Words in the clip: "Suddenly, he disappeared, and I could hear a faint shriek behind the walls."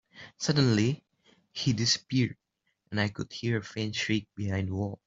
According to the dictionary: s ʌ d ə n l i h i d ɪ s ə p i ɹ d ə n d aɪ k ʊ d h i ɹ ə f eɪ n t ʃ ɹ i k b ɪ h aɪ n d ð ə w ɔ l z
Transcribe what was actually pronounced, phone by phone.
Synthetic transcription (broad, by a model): s ʌ d ə n l i h i d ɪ s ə p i ɹ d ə n aɪ k ʊ d h i ɹ ə f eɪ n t ʃ ɹ i k b ɪ h aɪ n d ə w ɔ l